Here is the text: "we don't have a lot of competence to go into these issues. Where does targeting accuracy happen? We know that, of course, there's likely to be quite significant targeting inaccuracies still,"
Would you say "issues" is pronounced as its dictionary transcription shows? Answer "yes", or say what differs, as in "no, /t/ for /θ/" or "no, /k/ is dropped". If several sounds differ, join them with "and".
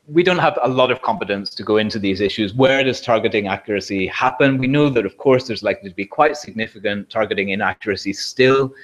yes